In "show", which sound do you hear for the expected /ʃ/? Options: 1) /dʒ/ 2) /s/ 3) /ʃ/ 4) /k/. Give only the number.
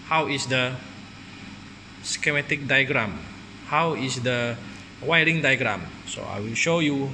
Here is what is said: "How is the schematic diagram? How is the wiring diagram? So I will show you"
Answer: 3